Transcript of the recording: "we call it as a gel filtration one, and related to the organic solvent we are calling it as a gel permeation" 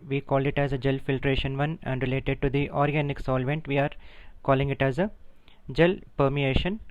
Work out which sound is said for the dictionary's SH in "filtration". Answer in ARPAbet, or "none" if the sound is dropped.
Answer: SH